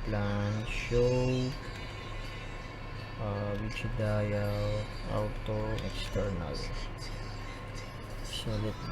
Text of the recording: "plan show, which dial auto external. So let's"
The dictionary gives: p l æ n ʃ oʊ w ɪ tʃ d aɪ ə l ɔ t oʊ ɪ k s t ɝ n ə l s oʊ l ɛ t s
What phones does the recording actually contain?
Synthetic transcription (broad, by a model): p l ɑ n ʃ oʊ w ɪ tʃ d aɪ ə w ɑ t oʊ ɪ k s t ɝ n ə l s oʊ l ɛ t